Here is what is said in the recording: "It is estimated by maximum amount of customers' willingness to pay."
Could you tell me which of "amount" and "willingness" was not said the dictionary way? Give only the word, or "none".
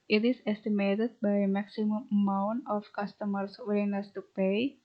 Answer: willingness